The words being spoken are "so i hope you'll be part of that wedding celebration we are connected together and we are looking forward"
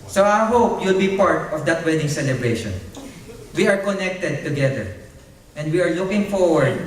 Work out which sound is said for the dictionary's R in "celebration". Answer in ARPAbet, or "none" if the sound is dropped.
R